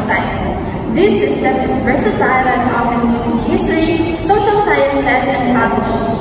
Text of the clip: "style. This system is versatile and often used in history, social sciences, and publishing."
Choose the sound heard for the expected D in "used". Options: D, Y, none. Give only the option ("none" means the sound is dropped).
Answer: none